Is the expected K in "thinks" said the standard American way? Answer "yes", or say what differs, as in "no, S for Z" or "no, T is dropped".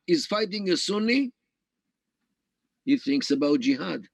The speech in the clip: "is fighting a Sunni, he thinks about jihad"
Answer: yes